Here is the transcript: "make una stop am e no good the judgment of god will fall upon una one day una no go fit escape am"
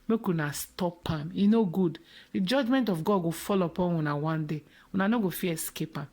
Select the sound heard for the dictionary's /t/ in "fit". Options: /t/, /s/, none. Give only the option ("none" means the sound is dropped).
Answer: none